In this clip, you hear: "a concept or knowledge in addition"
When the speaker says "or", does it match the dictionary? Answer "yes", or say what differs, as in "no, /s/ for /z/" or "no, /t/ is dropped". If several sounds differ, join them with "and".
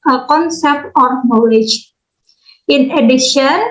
yes